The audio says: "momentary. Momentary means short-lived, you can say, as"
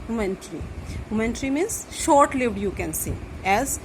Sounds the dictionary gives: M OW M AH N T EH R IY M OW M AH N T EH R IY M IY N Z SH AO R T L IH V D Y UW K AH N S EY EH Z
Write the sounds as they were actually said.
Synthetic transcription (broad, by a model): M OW M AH N T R IY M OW M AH N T R IY M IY N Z SH AO R T L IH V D Y UW K AH N S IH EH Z